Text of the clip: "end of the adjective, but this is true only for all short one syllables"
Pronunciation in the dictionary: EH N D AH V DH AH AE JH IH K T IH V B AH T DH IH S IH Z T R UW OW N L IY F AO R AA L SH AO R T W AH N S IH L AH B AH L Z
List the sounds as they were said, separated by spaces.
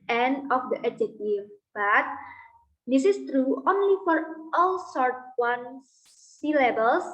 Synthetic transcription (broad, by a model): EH N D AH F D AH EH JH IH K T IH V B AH T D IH S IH S T R UW OW N L IY F AO R AA L S AO R T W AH N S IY L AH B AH L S